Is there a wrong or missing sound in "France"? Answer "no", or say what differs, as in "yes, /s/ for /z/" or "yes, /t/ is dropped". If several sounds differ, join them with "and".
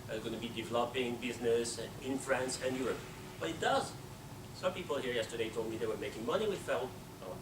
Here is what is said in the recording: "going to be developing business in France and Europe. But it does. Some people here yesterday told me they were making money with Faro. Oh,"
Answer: no